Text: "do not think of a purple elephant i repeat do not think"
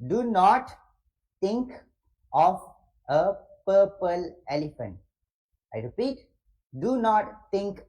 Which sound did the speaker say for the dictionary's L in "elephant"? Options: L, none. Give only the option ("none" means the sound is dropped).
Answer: L